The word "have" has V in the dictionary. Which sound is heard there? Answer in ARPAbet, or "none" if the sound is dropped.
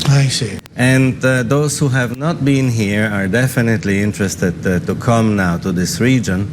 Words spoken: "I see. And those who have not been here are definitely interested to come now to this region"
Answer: V